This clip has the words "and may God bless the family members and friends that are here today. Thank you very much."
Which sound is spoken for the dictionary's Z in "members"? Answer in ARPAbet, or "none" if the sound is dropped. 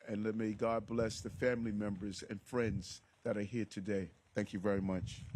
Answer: Z